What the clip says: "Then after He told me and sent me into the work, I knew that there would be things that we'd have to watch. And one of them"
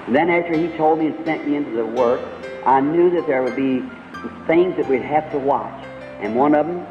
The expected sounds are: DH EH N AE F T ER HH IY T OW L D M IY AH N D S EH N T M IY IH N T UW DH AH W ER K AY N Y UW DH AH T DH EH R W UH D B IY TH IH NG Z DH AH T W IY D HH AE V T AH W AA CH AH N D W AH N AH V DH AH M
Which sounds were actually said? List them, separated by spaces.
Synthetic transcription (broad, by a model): DH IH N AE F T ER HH IY T OW L D M IY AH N S EH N M IY IH N T UW DH AH W ER K AY N Y UW DH AH T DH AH R W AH D B IY TH IH NG Z DH AH T W IY D HH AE F T AH W AA CH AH N W AH N AH V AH M